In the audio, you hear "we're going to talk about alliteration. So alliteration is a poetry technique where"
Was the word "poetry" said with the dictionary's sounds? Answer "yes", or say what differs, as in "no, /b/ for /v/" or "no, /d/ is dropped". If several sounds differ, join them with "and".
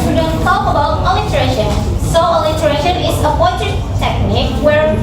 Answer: no, /ɹ/ is dropped